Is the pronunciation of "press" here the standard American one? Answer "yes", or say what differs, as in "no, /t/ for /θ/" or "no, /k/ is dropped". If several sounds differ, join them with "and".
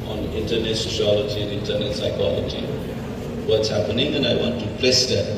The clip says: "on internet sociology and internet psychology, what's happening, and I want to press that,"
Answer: no, /l/ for /ɹ/